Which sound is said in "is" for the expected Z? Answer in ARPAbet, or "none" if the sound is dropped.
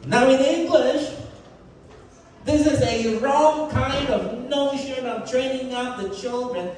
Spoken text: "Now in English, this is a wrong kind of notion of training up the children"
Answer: Z